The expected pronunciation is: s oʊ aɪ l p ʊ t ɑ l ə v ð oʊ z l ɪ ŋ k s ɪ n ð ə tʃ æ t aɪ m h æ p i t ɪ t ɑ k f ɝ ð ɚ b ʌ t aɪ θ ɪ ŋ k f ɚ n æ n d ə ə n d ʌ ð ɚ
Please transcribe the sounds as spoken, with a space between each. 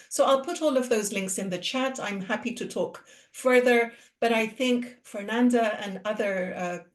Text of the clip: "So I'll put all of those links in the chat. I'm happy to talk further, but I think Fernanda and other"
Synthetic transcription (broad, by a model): s oʊ aɪ l p ʊ t ɑ l ə v ð oʊ z l ɪ ŋ k s ɪ n ð ə tʃ æ t aɪ m h æ p i t ɪ t ɑ k f ɝ ð ɚ b ʌ t aɪ θ ɪ ŋ k f ɚ n æ n d ə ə n ʌ ð ɚ